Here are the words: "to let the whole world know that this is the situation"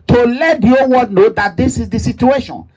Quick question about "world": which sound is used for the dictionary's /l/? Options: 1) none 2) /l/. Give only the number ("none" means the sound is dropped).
1